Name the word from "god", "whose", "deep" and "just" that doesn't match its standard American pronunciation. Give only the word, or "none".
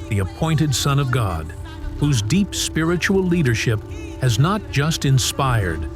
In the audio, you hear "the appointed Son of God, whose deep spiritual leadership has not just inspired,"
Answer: none